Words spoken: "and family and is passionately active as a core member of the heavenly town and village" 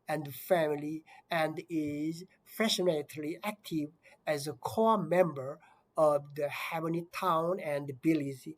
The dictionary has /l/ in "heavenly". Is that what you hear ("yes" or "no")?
no